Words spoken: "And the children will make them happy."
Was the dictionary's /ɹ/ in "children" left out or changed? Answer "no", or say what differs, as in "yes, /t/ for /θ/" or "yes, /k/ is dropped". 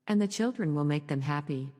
no